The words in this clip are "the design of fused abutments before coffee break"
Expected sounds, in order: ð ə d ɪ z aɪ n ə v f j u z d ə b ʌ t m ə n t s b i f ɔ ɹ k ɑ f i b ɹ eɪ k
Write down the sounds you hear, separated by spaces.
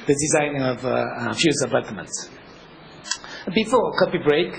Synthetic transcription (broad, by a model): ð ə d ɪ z aɪ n ə v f j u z ə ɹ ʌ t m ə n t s b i f ɔ k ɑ p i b ɹ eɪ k